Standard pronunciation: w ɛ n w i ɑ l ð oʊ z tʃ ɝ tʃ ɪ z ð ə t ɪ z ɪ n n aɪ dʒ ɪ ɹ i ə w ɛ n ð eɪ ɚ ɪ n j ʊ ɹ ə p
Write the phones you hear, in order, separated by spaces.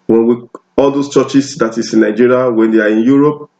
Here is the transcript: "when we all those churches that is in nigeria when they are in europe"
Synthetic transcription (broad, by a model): w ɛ n w i ɑ l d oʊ s tʃ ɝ tʃ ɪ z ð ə t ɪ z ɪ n n aɪ dʒ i ɹ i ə w ɛ n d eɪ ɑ ɪ n j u ɹ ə p